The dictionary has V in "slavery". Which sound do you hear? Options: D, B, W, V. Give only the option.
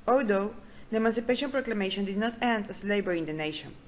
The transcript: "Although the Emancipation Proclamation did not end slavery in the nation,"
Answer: B